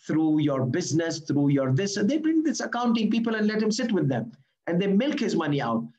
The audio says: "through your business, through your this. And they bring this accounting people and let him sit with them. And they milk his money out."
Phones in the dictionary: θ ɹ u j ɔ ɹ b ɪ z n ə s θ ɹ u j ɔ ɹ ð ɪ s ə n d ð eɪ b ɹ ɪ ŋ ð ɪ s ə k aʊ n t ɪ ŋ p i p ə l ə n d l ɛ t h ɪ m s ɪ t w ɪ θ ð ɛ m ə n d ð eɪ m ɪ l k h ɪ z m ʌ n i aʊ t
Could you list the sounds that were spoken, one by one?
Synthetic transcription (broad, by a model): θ ɹ u j ɔ ɹ b ɪ z n ə s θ ɹ u j ɔ ɹ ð ɪ s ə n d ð eɪ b ɹ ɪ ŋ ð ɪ s ə k aʊ n t ɪ ŋ p i p ə l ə n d l ɛ t h ɪ m s ɪ t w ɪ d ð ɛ m ə n d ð eɪ m ɪ l k h ɪ z m ʌ n i aʊ t